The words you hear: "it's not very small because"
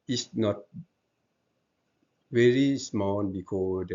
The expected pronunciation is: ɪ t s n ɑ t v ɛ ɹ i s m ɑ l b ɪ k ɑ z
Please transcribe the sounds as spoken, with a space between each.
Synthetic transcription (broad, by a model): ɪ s n ɑ t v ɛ ɹ i s m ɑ n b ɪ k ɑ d